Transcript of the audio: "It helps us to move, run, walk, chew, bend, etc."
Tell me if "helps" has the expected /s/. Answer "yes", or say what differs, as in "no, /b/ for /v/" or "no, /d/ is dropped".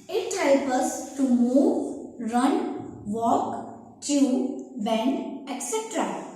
no, /s/ is dropped